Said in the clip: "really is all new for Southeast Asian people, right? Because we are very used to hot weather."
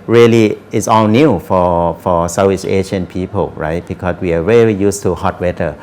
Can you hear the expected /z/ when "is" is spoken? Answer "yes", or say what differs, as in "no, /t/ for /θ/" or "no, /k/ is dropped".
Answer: no, /s/ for /z/